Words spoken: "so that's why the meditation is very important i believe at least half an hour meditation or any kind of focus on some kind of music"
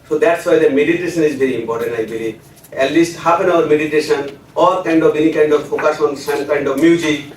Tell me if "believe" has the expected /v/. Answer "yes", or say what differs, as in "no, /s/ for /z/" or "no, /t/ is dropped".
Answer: no, /v/ is dropped